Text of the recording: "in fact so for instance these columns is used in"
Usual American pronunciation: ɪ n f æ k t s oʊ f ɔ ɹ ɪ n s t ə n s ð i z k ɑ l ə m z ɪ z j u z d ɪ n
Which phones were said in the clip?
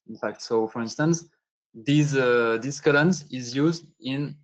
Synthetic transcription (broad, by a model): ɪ n f æ k t s oʊ f ɔ ɹ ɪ n s t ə n s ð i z k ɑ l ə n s ɪ z j u z d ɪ n